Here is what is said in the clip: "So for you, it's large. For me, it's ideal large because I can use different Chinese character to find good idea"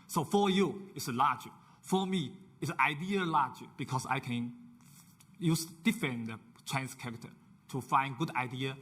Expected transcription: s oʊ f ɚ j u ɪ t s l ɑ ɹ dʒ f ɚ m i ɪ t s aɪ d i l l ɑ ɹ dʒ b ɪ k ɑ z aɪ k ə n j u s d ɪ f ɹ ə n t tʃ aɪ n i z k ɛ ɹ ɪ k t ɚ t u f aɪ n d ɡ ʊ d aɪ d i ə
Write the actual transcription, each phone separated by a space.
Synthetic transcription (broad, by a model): s oʊ f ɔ j u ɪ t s l ɑ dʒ f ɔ m i ɪ t s aɪ d i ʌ l ɑ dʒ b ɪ k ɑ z aɪ k ə n j u s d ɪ f ə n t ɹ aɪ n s k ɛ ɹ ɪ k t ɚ t u f aɪ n ɡ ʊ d aɪ d i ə